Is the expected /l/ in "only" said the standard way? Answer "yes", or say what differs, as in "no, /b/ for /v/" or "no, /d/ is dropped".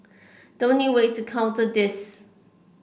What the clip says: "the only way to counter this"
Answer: no, /l/ is dropped